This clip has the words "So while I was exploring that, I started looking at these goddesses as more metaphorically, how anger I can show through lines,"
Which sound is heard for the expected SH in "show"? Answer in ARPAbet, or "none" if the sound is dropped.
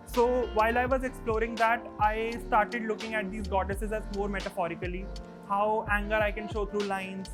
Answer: SH